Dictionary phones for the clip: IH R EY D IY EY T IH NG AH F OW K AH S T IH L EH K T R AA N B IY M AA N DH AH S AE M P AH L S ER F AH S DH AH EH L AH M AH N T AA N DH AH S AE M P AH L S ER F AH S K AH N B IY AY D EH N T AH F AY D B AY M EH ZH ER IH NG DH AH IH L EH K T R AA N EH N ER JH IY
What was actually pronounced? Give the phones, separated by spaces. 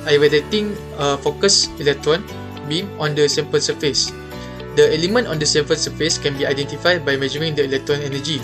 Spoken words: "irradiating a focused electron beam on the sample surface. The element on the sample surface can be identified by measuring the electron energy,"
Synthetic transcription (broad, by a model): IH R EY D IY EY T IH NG AH F OW K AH S IH L EH K T R AA N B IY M AA N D AH S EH M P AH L S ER F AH S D AH EH L AH M AH N T AA N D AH S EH M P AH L S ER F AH S K AH N B IY AY D EH N T AH F AY D B AY M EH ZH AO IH NG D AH IH L EH K T R AA N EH N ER JH IY